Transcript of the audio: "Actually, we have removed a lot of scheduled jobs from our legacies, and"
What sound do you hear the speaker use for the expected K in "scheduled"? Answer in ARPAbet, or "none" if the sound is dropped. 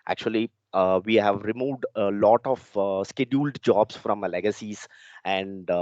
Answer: K